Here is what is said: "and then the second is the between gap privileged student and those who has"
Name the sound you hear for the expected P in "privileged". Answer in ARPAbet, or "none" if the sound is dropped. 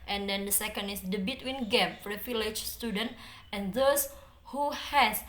F